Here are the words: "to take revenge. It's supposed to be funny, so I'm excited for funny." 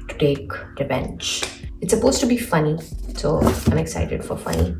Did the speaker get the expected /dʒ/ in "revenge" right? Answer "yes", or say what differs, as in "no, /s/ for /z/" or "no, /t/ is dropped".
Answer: no, /tʃ/ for /dʒ/